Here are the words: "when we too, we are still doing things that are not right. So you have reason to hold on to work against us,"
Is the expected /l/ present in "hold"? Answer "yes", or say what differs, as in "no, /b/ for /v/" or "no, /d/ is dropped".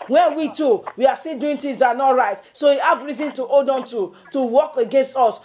no, /l/ is dropped